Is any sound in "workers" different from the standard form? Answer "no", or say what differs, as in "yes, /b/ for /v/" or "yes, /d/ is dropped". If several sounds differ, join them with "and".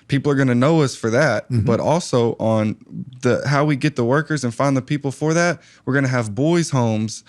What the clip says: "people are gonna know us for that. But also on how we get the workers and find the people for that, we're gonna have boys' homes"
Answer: no